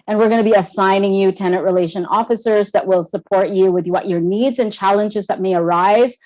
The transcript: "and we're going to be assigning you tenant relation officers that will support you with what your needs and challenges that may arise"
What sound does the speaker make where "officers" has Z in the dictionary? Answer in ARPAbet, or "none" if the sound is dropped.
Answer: Z